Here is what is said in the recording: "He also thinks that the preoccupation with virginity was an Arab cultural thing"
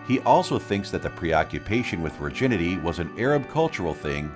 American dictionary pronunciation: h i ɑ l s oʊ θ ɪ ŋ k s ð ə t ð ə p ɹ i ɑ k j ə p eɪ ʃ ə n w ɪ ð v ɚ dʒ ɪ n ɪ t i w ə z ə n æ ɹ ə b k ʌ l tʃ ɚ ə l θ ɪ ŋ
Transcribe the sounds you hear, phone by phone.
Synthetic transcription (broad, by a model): h i ɑ l s oʊ θ ɪ ŋ k s ð ə t ð ə p ɹ i ɑ k j ə p eɪ ʃ ə n w ɪ ð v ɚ dʒ ɪ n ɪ t i w ə z ə n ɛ ɹ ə b k ʌ l tʃ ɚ l θ ɪ ŋ